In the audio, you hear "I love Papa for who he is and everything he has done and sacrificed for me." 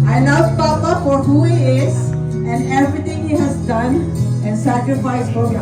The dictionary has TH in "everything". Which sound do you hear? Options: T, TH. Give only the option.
T